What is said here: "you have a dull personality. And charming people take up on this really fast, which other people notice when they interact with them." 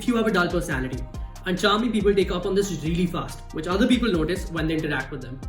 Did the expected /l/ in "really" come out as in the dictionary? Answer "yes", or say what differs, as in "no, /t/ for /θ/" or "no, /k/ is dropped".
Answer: yes